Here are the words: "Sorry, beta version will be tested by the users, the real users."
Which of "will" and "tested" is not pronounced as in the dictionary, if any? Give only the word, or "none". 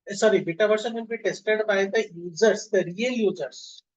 will